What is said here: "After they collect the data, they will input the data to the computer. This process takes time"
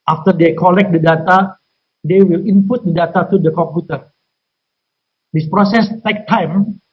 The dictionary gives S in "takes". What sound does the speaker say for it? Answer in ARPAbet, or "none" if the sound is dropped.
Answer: none